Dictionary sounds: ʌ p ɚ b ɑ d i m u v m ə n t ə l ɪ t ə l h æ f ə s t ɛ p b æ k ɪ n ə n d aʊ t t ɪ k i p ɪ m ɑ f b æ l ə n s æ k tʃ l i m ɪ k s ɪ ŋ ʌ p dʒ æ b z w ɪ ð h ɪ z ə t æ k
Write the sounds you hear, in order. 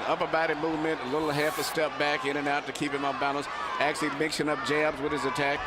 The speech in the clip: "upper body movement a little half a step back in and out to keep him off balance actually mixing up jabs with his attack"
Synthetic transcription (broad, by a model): ʌ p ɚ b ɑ d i m u v m ə n t ə l ɪ t l h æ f ə s t ɛ p b æ k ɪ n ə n aʊ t t ɪ k i p ɪ m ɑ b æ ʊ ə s æ k tʃ l i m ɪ k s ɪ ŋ ʌ p dʒ æ b z w ɪ ð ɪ z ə t æ k